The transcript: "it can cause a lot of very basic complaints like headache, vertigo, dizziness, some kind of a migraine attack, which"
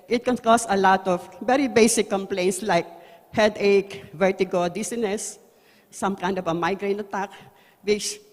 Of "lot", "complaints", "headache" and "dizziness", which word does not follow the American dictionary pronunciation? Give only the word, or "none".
dizziness